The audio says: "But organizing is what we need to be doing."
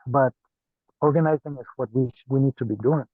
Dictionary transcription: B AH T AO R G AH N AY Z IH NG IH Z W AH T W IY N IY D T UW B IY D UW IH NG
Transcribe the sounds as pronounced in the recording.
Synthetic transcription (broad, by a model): B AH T AO R G AH N AY Z IH NG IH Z W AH T W IY N IY D T UW B IY D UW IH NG